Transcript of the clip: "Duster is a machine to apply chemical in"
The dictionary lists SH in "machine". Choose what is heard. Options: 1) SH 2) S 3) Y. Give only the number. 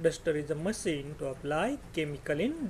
2